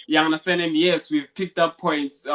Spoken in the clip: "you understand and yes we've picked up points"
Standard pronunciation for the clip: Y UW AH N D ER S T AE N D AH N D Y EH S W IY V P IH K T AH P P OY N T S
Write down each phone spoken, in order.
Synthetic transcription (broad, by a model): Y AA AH N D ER S T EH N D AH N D Y EH S W IY V P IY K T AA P P OY N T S